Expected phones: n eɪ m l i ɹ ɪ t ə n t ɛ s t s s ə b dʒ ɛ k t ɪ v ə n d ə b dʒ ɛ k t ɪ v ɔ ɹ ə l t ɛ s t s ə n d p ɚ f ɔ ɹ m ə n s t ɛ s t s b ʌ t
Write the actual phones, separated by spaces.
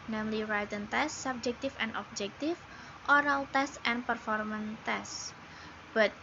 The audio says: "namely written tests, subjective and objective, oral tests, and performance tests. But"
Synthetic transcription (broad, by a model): n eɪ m l i ɹ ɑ t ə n t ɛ s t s s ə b dʒ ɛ k t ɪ f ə n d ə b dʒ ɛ k t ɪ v ɔ ɹ ə l t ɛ s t ə n p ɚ f ɔ ɹ m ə n t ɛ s s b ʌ t